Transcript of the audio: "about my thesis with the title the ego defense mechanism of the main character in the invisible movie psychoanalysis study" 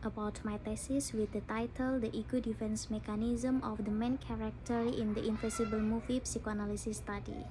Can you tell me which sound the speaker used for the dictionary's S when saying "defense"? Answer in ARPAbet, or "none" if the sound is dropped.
S